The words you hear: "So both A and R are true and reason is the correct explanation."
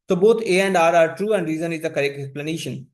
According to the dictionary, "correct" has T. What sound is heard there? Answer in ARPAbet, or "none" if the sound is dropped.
none